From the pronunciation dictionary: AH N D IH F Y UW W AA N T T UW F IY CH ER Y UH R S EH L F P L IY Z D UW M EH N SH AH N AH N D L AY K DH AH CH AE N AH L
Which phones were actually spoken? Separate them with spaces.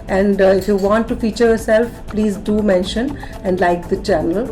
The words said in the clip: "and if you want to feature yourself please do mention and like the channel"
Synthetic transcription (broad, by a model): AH N D IH F Y UW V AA N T T UW F IY CH ER Y UH R S EH L F P L IY Z D UW M EH N SH AH N AH N D L AY K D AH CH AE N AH L